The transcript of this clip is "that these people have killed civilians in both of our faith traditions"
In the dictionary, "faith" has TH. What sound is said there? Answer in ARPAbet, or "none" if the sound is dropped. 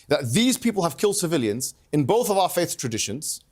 TH